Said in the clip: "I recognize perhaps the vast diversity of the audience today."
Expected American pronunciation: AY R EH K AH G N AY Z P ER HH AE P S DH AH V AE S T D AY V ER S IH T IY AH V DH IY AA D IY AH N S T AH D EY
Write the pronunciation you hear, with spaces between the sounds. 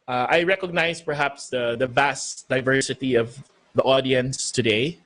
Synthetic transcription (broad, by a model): AY R EH K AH G N AY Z P ER HH AE P S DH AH V AE S T D AY V ER S IH T IY AH V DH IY AA D IY AH N S T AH D EY